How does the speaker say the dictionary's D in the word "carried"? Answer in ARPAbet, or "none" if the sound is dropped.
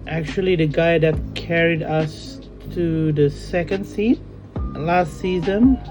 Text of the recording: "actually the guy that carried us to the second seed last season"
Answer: D